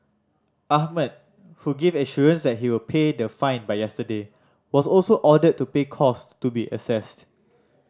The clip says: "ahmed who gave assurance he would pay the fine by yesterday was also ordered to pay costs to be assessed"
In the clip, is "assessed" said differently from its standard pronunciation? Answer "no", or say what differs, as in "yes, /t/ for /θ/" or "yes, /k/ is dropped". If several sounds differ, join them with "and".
no